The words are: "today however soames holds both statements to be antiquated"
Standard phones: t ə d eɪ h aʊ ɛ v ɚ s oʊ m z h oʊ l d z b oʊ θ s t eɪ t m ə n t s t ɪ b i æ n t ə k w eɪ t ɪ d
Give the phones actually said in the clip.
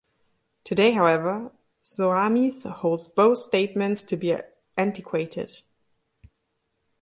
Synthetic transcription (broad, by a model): t ə d eɪ h aʊ ɛ v ɚ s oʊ m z h oʊ l d z b oʊ θ s t eɪ t m ə n t s t ɪ b i æ n t ə k w eɪ t ɪ d